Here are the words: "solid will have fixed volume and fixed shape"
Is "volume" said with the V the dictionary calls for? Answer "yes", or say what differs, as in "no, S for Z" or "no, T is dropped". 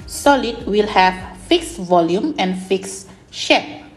yes